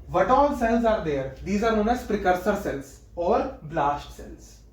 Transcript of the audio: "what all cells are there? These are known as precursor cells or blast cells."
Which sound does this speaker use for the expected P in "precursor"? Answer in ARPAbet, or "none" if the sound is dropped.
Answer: P